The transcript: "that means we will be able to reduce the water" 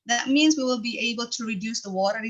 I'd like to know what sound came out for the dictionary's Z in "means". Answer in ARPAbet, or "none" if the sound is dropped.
Z